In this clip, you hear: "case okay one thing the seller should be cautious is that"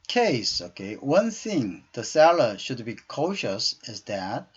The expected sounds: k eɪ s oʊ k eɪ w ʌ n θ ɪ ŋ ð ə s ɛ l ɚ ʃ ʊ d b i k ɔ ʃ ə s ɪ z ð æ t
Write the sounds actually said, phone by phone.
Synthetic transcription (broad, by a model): k eɪ s oʊ k eɪ w ʌ n θ ɪ ŋ ð ə s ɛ l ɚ ʃ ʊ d b i k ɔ ʃ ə s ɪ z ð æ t